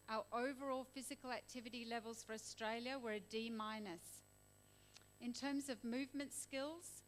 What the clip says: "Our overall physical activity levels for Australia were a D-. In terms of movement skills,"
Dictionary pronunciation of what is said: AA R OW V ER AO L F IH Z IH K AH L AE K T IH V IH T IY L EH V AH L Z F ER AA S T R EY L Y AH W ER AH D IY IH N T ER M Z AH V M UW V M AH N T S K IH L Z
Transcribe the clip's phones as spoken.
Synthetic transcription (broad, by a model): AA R OW V ER AO L F IH Z IH K AH L AE K T IH V IH T IY L EH V AH L Z F ER AA S T R EY L Y AH W ER AH D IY IH N T ER M Z AH V M UW V M AH N T S K IH L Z